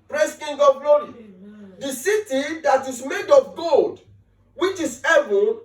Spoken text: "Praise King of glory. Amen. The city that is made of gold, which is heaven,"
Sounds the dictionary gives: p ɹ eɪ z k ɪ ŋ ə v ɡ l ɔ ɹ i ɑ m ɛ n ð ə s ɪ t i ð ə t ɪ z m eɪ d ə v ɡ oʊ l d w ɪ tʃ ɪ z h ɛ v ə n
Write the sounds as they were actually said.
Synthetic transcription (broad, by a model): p ɹ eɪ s k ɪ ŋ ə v ɡ l ɔ ɹ i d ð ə s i t i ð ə t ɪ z m eɪ d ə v ɡ oʊ l d w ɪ tʃ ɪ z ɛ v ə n